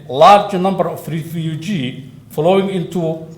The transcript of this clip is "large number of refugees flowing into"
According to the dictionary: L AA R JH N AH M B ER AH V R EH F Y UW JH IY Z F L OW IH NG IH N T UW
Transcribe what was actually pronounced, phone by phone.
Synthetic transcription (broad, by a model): L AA R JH N AH M B ER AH F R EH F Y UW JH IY F L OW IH NG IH N T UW